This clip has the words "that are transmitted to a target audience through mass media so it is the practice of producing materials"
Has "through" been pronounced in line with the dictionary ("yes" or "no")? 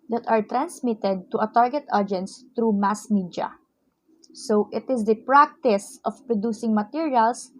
no